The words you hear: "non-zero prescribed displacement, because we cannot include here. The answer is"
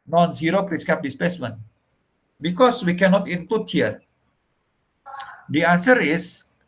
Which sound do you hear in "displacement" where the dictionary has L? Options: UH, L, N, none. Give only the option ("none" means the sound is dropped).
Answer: none